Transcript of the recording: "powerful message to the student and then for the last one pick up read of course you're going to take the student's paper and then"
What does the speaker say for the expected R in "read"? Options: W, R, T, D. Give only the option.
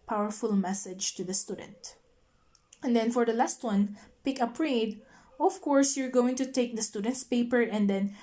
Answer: R